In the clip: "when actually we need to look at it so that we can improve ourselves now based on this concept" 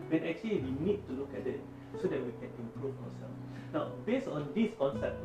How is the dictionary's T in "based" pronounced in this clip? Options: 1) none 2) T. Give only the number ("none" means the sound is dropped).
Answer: 1